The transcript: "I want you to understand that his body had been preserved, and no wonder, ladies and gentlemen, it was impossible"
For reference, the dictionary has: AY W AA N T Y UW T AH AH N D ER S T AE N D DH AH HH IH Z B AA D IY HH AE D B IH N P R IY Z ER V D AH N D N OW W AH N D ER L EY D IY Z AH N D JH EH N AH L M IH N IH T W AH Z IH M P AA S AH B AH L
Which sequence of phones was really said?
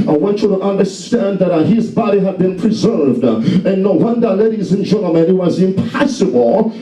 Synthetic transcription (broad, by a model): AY W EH N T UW T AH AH N D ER S T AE N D DH AH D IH Z B AA D IY HH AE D B IH N P R IY Z ER V D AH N N OW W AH N D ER L EY D IY Z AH N JH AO AH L M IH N IH T W AH Z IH M P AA S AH B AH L